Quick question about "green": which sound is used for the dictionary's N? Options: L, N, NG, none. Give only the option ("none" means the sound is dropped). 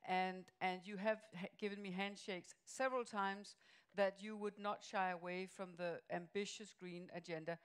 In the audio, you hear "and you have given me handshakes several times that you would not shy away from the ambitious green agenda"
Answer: N